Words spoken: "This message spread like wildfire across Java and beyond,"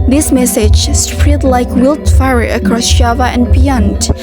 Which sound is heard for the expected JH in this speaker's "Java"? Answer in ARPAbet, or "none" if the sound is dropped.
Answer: SH